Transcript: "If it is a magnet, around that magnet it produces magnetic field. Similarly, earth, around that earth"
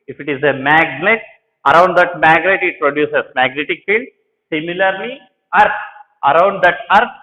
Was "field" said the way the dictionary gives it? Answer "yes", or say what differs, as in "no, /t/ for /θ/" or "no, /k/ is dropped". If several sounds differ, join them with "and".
yes